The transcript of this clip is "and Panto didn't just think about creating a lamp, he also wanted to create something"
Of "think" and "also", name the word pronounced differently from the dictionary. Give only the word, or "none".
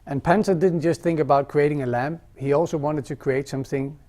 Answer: none